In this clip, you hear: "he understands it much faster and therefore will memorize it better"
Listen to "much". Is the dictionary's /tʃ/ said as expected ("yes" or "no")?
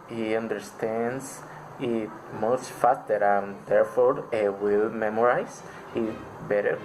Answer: no